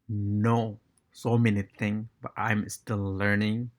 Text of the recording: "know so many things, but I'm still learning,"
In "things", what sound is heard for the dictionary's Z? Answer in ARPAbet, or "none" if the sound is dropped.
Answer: none